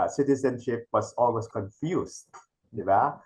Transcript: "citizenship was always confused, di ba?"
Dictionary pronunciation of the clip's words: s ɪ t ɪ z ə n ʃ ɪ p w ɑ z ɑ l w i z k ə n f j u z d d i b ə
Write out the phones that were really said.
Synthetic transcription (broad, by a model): s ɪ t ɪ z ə n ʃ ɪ p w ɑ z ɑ l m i s k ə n f j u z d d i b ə